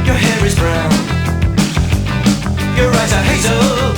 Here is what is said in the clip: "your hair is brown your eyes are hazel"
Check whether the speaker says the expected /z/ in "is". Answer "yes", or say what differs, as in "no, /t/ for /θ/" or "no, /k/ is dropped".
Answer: yes